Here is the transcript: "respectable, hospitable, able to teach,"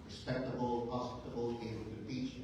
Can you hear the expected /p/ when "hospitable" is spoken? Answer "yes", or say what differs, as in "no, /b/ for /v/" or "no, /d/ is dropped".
no, /p/ is dropped